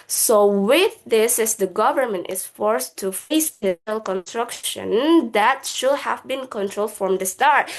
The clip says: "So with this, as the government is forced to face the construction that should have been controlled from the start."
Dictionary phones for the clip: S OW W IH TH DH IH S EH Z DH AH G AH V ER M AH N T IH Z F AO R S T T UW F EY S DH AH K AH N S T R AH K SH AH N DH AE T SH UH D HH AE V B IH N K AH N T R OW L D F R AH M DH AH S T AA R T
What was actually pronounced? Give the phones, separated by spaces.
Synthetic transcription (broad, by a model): S OW W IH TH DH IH S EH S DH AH G AH V ER M AH N T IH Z F AO R S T T UW F EY S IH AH K AH N S T R AH K SH AH N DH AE T SH UH D HH AE V B IH N K AH N T R OW L D F R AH M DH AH S T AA R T